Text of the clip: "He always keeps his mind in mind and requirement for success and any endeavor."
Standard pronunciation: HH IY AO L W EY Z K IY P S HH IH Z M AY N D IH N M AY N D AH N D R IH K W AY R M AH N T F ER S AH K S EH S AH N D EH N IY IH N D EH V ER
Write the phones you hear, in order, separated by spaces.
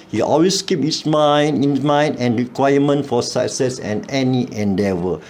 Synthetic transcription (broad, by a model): HH IY AO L W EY S K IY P HH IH S M AY N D IH N M AY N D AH N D R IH K W AY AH M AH N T F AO S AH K S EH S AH N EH N IY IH N D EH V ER